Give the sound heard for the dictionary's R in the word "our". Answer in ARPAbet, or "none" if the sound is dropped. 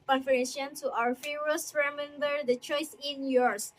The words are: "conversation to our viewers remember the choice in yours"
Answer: R